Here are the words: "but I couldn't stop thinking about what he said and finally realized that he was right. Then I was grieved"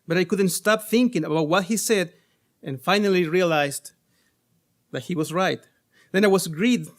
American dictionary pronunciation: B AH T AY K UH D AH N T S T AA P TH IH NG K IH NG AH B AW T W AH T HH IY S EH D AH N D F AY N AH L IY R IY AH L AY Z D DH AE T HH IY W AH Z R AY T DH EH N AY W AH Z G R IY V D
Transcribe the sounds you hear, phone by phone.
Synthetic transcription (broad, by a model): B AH T AY K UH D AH N T S T AA P TH IH NG K IH NG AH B AW T W AH T HH IY S EH D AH N F AY N AH L IY R IY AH L AY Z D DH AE T HH IY W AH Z R AY T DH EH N AY W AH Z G R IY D